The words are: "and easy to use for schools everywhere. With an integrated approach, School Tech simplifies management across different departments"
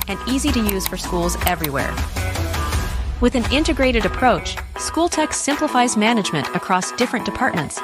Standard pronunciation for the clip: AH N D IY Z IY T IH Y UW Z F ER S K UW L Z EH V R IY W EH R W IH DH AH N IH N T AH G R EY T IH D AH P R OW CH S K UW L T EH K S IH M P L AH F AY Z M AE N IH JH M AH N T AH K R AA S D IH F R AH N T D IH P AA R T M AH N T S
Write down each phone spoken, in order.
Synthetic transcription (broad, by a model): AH N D IY Z IY T IH Y UW Z F ER S K UW L Z EH V R IY W EH R W IH DH AH N IH N T AH G R EY T IH D AH P R OW CH S K UW L T EH K S IH M P L AH F AY Z M AE N IH JH M AH N T AH K R AA S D IH F R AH N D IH P AA R T M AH N T S